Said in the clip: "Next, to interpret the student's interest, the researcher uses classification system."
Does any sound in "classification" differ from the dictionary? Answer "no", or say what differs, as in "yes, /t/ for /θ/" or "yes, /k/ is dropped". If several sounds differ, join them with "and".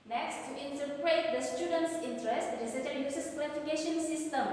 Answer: yes, /w/ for /l/